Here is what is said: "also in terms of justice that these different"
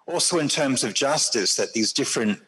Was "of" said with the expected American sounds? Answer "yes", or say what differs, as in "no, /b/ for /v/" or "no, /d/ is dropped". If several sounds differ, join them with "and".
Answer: yes